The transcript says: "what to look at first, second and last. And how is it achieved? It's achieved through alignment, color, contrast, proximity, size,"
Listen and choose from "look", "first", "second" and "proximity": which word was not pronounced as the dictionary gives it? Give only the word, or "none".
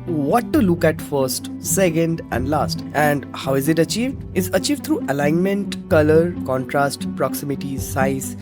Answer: none